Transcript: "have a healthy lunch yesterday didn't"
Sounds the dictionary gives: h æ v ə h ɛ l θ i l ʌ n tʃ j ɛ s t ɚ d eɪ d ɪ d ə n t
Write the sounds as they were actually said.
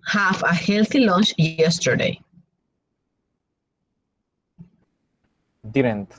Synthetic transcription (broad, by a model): h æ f ə h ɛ l t i l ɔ n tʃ j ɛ s t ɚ d eɪ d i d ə n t